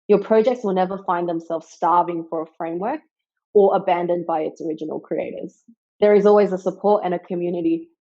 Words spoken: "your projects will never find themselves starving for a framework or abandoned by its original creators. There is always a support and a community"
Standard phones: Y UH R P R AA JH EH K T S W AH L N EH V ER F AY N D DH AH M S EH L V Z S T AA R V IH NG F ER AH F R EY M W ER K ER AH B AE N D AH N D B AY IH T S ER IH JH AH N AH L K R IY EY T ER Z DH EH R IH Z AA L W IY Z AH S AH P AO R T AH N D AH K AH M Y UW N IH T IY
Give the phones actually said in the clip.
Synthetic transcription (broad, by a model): Y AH R P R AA JH EH K T S W AH L N EH V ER F AY N DH AH M S EH L V Z S T AA R V IH NG F ER AH F R EY M W ER K ER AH B AE N D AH N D B AY IH T S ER IH JH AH N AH L K R IY EY T ER Z DH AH R IH Z AA L W IY Z AH S AH P AO R T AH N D AH K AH M Y UW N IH T IY